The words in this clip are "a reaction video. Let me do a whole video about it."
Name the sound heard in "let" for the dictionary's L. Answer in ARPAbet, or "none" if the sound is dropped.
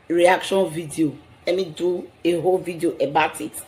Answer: L